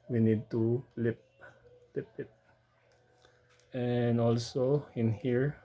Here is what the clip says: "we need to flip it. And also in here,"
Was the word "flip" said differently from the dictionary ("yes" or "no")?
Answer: yes